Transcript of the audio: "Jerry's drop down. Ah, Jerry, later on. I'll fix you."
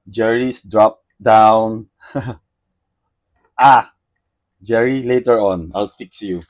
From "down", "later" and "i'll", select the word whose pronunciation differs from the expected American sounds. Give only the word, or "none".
none